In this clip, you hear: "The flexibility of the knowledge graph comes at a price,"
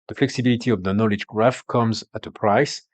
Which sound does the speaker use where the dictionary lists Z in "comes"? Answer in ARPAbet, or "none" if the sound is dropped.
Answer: Z